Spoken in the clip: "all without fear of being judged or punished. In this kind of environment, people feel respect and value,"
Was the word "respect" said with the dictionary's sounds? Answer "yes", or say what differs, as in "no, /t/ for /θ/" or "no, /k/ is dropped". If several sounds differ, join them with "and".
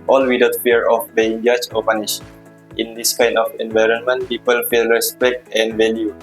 yes